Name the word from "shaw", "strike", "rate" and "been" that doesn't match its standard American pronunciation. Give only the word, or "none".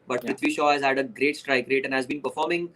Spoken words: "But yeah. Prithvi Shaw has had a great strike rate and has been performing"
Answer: none